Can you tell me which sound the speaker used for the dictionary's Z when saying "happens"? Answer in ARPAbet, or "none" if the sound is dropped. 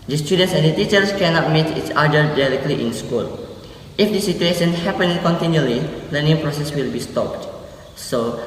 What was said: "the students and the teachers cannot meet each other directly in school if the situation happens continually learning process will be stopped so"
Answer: none